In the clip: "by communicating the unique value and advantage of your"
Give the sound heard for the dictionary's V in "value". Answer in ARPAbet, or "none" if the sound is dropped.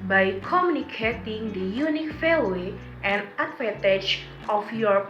F